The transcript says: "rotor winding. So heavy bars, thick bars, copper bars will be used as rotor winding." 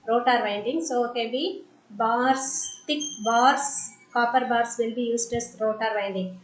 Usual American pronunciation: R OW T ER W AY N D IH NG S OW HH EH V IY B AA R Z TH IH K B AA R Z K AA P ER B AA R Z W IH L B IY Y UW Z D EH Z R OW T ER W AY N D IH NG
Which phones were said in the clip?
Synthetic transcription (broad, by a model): R OW T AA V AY N D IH NG S OW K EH B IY B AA R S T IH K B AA R S K AA P ER B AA R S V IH L B IY Y UW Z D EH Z R OW T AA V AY N D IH NG